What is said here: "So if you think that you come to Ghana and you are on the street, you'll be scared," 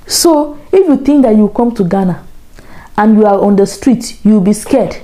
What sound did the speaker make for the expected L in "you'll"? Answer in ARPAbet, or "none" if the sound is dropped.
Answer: W